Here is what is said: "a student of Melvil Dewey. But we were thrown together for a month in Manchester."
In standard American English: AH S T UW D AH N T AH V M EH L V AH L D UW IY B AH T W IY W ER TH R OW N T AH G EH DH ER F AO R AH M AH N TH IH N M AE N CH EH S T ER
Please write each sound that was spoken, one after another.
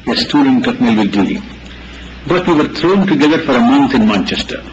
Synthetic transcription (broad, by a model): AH S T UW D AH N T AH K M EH L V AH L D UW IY B AH T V IY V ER T R OW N T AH G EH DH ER F AO R AH M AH N T IH N M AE N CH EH S T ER